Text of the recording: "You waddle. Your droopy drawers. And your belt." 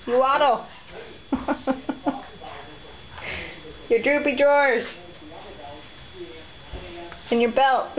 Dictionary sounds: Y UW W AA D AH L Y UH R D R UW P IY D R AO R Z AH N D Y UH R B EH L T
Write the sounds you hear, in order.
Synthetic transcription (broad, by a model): Y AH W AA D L Y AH R D R UW P IY D R AO R Z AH N Y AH R B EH L T